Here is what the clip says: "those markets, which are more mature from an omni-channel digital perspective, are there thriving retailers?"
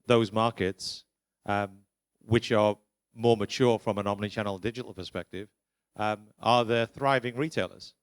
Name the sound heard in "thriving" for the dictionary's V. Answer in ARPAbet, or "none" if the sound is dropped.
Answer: V